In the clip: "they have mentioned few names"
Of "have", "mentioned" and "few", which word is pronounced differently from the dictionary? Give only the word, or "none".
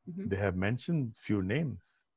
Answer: none